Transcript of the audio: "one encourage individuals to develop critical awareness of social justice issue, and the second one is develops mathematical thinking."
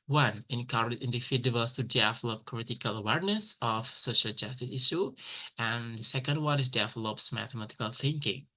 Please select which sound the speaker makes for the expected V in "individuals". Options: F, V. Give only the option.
F